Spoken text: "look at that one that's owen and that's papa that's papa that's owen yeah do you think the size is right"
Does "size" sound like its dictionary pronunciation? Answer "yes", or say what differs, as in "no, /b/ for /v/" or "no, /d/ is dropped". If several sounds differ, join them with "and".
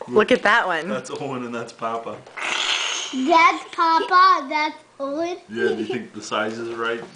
yes